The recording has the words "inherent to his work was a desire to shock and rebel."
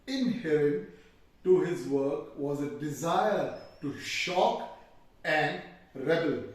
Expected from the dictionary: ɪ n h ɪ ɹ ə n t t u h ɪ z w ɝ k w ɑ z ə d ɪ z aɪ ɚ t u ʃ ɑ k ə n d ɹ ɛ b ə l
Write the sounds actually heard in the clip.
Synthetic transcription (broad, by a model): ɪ n h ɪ ɹ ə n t t u h ɪ z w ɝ k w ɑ z ə d ɪ z aɪ ɚ t u ʃ ɑ k ə n d ɹ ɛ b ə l